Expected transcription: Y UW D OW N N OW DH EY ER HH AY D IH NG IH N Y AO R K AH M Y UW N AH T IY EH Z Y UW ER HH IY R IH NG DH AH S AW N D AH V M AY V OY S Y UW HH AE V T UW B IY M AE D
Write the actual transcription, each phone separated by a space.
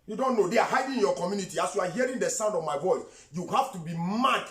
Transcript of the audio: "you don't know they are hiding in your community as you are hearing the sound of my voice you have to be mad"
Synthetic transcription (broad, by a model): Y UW D OW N N OW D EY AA HH AY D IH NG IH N Y AO K AH M Y UW N AH T IY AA S Y UW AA HH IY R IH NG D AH S AW N D AH V M AY V OY S Y UW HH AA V T UW B IY M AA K